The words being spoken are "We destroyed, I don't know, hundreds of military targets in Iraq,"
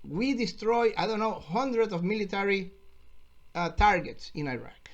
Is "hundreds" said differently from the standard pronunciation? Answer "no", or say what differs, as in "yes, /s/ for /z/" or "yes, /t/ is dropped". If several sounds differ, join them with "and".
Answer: yes, /s/ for /z/